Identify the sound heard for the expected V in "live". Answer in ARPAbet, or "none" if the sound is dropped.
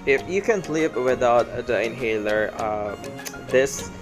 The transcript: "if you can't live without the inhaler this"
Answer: P